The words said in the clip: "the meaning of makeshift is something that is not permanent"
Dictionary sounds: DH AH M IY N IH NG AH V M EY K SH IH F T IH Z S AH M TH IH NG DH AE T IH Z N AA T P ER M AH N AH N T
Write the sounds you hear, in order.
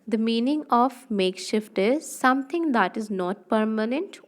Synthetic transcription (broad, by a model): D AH M IY N IH NG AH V M EY K SH IH F T IH Z S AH M T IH NG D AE T IH Z N AA T P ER M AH N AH N T